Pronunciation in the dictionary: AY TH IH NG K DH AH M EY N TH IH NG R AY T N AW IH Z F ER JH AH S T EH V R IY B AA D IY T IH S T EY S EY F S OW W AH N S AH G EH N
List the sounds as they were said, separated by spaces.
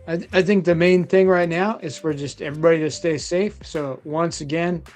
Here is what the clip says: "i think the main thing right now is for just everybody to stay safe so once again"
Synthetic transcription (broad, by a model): AY TH IH NG K DH AH M EY N TH IH NG R AY T N AW IH Z F ER JH AH S T EH V R IY B AA D IY T IH S T EY S EY F S OW W AH N S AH G EH N